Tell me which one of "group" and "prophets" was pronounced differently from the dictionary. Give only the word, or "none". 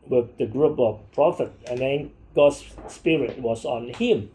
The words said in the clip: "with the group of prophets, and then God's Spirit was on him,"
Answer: prophets